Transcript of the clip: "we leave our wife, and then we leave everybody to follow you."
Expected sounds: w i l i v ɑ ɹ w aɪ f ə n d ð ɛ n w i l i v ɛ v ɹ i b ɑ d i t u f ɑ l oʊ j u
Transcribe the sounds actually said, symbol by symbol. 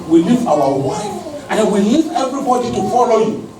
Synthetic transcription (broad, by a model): w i l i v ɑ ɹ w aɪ ə n d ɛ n w i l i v ɛ v ɹ i b ɑ d i t u f ɑ l oʊ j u